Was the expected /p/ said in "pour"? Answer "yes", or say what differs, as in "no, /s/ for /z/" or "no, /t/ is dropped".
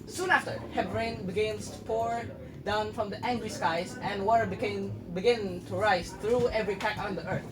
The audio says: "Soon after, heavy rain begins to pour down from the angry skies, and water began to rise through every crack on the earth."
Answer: yes